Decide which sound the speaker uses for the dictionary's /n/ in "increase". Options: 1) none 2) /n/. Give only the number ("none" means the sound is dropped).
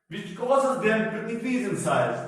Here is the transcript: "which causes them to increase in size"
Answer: 1